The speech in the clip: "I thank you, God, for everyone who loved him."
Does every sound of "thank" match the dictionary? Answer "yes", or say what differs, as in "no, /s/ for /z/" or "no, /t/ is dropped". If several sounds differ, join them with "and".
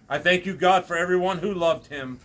yes